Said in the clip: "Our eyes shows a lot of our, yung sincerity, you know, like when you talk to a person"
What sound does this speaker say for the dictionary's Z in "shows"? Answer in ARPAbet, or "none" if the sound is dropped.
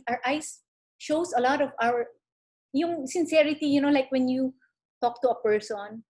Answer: S